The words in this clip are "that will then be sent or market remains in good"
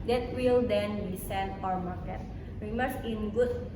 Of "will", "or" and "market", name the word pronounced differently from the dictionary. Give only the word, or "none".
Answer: or